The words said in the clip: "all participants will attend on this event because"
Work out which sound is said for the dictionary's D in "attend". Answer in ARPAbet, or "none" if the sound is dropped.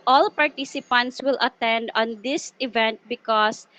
D